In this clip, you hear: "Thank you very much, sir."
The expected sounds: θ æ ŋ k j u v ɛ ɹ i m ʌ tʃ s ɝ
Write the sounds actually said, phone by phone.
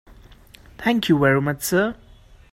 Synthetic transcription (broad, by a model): t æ ŋ k j u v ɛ ɹ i m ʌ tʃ s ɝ